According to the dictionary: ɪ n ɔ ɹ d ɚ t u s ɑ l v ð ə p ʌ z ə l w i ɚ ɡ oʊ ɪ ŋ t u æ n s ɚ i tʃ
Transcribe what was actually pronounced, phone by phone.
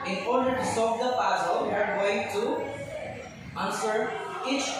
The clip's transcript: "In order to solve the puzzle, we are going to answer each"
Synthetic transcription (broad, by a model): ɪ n ɔ ɹ d ɚ t u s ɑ v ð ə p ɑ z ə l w ɚ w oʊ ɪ t u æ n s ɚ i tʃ